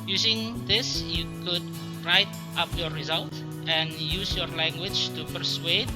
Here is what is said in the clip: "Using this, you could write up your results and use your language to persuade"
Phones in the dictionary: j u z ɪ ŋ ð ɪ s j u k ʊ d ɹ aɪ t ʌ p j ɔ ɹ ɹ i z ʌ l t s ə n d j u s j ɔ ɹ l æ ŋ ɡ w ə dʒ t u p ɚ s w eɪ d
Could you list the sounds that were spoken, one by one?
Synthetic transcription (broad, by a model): j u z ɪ ŋ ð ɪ s j u k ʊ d ɹ aɪ t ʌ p j ɔ ɹ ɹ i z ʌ l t ə n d j u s j ɔ ɹ l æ ŋ ɡ w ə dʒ t u p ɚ s w eɪ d